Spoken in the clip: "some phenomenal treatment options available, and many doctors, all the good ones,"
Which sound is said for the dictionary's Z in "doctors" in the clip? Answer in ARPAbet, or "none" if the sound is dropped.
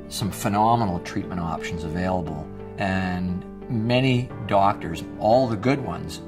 Z